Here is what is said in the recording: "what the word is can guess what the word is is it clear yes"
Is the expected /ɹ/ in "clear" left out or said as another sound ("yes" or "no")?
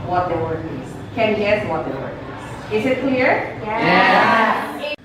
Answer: no